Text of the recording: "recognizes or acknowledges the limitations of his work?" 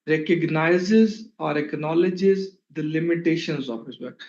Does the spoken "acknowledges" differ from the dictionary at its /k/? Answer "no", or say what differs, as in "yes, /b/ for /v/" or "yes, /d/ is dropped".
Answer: no